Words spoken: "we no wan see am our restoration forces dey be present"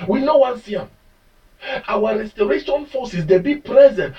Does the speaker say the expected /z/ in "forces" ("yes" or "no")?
no